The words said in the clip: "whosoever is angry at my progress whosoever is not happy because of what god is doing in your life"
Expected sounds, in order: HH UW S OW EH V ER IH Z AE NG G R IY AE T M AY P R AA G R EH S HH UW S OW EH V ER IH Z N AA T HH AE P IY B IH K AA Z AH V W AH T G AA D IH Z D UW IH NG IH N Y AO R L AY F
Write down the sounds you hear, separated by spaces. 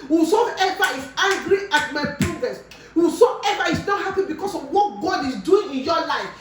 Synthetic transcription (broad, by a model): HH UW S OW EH V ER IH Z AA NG G R IY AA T M AY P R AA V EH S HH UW S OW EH V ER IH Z N AA T HH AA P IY B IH K AA S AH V W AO T G AA D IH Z D UW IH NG IH N Y AO L AY F